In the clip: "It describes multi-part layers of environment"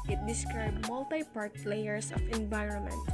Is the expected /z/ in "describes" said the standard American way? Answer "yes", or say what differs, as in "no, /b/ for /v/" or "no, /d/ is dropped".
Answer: no, /z/ is dropped